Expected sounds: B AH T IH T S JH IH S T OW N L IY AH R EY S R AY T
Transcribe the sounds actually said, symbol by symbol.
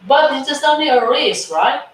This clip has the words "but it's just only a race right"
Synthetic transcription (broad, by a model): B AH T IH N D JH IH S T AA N IY AH R EY S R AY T